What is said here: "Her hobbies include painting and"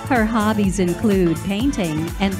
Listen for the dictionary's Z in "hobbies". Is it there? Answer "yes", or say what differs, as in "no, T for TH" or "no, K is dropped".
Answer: yes